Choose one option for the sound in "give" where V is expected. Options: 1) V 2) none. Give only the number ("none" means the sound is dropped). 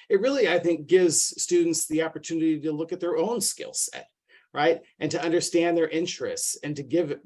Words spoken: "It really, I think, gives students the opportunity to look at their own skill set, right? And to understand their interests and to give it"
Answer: 1